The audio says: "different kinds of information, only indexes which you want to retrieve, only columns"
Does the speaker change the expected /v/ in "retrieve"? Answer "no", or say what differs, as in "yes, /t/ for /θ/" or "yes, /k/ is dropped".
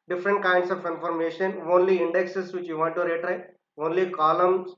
yes, /v/ is dropped